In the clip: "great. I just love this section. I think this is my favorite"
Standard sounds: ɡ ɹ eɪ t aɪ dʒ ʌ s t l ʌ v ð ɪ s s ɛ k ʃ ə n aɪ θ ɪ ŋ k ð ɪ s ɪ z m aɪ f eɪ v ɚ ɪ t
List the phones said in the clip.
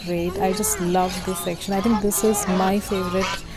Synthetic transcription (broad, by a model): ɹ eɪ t aɪ dʒ ʌ s t l ʌ v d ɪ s s ɛ k ʃ ə n aɪ t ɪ ŋ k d ɪ s ɪ z m aɪ f eɪ v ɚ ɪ t